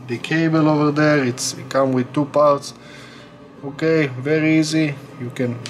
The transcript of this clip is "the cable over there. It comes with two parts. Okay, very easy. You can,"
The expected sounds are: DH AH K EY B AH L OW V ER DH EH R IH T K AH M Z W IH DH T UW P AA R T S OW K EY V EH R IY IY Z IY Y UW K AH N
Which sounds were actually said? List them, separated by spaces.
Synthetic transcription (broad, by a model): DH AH K EY B AH L OW V ER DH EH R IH T K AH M W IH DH T UW P AA R T S OW K EY V EH R IY IY Z IY Y UW K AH N